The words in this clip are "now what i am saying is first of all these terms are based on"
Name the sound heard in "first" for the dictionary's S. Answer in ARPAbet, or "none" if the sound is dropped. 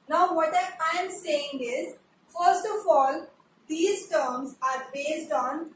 S